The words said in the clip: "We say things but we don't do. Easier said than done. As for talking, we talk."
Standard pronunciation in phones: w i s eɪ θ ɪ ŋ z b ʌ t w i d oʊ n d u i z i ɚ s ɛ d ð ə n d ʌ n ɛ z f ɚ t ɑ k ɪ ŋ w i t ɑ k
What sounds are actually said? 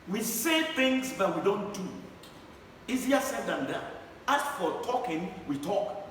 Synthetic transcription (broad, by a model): w i s eɪ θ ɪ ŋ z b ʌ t w i d oʊ n d u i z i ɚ s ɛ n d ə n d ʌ ɑ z f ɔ t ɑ k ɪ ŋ w i t ɑ k